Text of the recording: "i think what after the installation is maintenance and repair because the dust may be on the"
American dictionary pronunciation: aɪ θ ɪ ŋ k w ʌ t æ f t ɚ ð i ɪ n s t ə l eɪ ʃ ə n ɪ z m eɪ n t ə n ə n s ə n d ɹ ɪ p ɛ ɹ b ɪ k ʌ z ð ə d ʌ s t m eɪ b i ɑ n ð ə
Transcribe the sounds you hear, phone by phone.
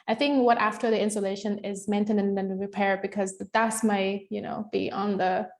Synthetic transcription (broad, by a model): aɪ θ ɪ ŋ k w ʌ t æ f t ɚ ð i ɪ n s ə l eɪ ʃ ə n ɪ z m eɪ n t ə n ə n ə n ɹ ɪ p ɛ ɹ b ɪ k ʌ z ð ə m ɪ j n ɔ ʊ b i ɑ n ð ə